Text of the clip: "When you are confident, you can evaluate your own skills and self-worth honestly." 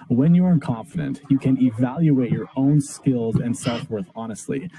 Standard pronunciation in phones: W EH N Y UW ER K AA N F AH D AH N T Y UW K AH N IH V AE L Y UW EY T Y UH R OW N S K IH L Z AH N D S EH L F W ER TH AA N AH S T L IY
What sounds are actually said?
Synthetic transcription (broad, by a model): W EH N Y UW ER K AA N F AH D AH N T Y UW K AH N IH V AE L Y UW EY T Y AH R OW N S K IH L Z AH N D S EH L F W ER TH AA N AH S T L IY